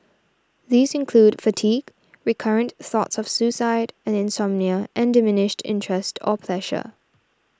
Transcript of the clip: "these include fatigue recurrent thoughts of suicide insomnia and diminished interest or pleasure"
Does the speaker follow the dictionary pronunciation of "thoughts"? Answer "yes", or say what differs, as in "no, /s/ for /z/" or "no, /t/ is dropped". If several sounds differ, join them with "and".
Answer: yes